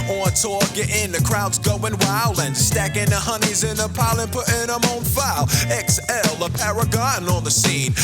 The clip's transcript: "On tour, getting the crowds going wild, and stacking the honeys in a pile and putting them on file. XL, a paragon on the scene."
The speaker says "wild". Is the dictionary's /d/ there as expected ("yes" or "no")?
no